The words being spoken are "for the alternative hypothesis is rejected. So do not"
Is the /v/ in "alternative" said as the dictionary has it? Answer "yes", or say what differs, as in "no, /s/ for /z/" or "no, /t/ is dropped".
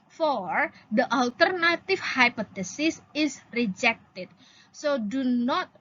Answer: no, /f/ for /v/